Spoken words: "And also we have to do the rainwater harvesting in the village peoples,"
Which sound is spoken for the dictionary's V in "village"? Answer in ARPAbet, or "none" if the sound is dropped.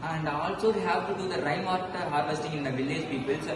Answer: V